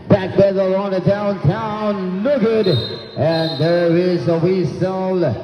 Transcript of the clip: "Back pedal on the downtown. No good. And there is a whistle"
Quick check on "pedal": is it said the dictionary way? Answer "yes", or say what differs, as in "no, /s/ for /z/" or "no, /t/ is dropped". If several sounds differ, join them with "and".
no, /b/ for /p/